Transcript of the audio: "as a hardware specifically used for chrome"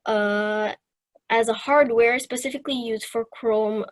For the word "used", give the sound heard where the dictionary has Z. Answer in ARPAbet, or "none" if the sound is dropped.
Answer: Z